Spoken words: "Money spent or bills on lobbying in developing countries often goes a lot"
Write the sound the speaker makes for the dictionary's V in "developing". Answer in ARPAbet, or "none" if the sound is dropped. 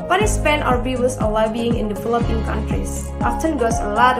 F